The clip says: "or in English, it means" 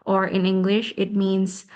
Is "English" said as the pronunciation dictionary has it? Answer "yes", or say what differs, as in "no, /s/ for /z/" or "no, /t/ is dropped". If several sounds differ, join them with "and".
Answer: yes